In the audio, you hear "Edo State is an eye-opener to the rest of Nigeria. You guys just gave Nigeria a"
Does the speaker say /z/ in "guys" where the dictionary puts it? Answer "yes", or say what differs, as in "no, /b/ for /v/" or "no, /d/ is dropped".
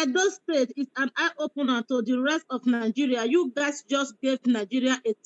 no, /s/ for /z/